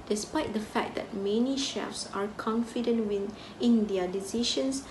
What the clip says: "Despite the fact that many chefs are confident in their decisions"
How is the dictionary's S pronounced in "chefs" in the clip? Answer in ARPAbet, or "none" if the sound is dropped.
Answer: S